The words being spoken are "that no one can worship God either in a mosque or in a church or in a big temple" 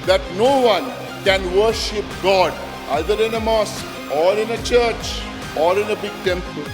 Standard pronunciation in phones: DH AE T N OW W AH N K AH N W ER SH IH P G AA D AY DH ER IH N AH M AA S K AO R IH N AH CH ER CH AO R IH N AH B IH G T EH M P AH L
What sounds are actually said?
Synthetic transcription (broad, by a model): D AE T N OW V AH N K AH N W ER SH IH P G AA D AY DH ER IH N AH M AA S AO R IH N AH CH ER CH AO R IH N AH B IH G T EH M P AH L